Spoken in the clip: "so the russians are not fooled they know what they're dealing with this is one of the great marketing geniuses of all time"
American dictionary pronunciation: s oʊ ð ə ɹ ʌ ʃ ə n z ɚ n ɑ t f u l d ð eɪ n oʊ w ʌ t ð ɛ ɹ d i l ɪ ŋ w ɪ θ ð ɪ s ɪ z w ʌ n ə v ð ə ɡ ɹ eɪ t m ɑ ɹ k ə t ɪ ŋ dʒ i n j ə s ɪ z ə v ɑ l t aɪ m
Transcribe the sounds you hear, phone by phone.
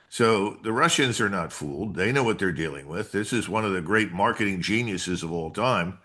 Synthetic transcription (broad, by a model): s oʊ ð ə ɹ ʌ ʃ ə n z ɚ n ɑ t f u l d ð eɪ n oʊ w ʌ t ð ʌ ɹ d i l ɪ ŋ w ɪ ð ɪ s ɪ z w ʌ n ə v ð ə ɡ ɹ eɪ t m ɑ ɹ k ə t ɪ ŋ dʒ i n j ə s ɪ z ə v ɑ l t aɪ m